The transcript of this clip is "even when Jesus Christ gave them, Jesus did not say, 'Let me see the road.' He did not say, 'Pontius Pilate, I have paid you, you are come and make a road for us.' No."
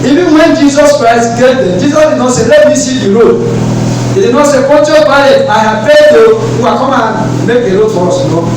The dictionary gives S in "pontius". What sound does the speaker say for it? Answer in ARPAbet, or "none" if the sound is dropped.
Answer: none